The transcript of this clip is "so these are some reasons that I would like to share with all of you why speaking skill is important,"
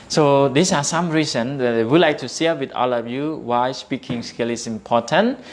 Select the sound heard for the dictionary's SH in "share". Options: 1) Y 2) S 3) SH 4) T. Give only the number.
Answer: 2